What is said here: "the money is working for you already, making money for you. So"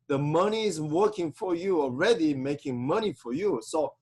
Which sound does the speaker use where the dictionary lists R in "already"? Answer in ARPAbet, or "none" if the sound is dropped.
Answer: R